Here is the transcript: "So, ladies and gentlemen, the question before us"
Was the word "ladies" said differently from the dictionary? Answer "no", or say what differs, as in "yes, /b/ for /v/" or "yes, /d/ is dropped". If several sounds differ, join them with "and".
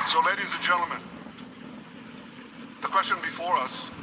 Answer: no